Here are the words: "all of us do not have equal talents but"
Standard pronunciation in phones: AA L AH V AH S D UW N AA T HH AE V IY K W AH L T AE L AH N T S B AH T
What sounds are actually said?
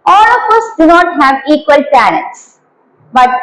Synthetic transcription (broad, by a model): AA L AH F AH S D UW N AA T HH AE V IY K W AH L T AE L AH T S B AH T